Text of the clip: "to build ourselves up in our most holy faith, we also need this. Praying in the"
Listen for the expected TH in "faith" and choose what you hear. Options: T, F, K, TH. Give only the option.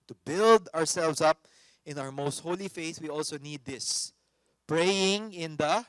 TH